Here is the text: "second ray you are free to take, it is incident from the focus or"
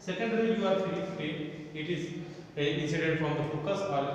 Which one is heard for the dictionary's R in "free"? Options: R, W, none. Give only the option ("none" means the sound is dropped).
none